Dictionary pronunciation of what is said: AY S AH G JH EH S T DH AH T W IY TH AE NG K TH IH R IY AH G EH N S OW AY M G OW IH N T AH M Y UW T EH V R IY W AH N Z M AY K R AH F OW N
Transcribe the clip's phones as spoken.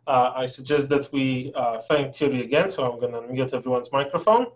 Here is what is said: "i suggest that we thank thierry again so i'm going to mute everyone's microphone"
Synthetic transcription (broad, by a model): AY S AH G JH EH S T DH AH T W IY F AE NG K T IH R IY AH G EH N S OW AY M G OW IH N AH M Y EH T EH V R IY W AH N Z M AY K R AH F OW N